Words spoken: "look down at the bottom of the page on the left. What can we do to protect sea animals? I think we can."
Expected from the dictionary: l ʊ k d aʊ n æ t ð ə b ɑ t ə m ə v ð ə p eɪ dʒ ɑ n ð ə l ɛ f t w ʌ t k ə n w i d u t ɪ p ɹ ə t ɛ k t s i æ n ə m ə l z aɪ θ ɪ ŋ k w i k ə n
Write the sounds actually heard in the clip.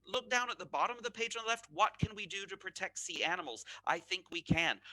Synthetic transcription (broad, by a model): l ʊ k d aʊ n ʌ t ð ə b ɑ t ə m ə v ð ə p eɪ ɪ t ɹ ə l ɛ f t w ʌ t k ə n w i d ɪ t ɪ p ɹ ə t ɛ k t s i æ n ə m l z aɪ θ ɪ ŋ k w i k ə n